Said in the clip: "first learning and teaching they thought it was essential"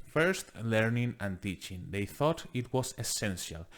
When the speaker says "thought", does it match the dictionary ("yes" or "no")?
yes